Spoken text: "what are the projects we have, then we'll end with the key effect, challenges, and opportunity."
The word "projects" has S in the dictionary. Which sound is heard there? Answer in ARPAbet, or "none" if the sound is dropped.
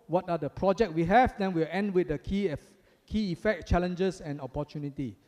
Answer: none